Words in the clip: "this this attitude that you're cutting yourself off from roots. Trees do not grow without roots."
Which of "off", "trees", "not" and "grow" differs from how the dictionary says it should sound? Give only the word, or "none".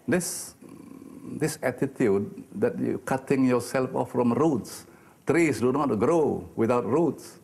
trees